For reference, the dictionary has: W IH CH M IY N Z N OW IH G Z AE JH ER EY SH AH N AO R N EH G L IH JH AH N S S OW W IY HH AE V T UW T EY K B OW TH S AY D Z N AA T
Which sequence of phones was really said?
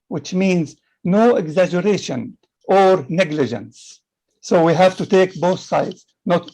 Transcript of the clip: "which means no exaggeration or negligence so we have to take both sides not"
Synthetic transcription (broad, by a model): W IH CH M IY N Z N OW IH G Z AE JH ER EY SH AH N AO R N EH G L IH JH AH N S S OW W IY HH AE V T UW T EY K B OW TH S AY D Z N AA T